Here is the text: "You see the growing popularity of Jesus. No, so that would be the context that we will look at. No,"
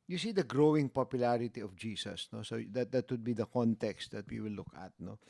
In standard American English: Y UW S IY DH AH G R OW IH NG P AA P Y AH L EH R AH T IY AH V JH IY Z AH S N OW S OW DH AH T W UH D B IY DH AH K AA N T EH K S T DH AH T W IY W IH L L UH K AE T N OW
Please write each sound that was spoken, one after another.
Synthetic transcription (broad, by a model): Y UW S IY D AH G R OW IH NG P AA P Y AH L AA R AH T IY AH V JH IY S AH S N OW S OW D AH T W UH D B IY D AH K AA N T EH K S T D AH T W IY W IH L L UH K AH T N OW